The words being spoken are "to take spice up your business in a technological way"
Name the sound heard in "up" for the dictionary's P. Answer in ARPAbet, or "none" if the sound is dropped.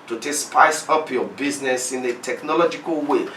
P